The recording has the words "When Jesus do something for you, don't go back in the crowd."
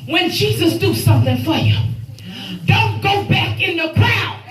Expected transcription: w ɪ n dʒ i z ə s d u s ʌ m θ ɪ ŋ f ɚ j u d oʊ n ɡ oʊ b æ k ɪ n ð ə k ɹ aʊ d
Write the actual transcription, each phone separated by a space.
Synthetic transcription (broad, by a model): w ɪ n dʒ i z ə s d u s ʌ m θ ɪ ŋ f ɚ j u d oʊ n ɡ oʊ b æ k ɪ n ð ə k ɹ aʊ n